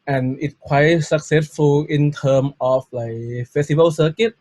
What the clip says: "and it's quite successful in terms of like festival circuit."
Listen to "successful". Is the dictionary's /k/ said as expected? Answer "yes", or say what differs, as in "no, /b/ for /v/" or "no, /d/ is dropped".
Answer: yes